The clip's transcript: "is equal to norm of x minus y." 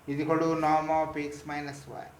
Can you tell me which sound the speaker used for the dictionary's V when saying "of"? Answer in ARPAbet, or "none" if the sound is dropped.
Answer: P